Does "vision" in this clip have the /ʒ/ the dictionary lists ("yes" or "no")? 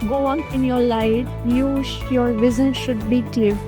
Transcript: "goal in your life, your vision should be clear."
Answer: no